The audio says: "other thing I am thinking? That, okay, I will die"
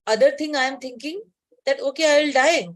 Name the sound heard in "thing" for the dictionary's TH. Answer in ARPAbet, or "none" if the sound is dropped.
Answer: T